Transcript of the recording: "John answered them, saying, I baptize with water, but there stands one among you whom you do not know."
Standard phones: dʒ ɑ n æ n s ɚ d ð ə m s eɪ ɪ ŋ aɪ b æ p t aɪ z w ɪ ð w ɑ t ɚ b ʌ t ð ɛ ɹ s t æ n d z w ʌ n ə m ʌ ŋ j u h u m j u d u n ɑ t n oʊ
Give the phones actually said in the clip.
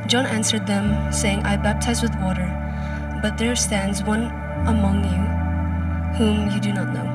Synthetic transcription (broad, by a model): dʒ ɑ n æ n s ɚ d ð ə m s eɪ ɪ ŋ aɪ b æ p t aɪ z w ɪ ð w ɑ t ɚ b ʌ t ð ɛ ɹ s t æ n d z w ʌ n ə m ʌ ŋ j u h u m j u d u n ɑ t n oʊ